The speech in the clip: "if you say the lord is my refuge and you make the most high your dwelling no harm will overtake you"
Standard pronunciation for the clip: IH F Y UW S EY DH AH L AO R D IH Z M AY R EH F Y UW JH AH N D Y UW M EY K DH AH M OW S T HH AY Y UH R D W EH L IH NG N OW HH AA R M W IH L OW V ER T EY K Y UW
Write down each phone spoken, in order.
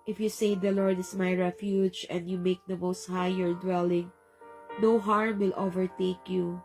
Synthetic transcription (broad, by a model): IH F Y UW S EY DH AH L AO R D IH S M AY R EH F Y UW JH AH N D Y UW M EY K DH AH M OW S T HH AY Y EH R D W EH L IH NG N OW HH AA R M W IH L OW V ER T EY K Y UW